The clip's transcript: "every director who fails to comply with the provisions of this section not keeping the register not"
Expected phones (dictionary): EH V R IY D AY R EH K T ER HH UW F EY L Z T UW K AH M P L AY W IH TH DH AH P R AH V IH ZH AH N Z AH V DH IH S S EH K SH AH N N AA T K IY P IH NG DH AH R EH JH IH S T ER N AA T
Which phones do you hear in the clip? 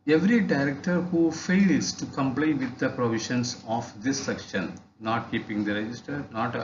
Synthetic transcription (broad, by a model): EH V R IY D AY R EH K T ER HH UW F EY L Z T UW K AH M P L AY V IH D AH P R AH V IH SH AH N S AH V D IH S S EH K SH AH N N AA T K IY P IH NG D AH R EH JH IH S T ER N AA T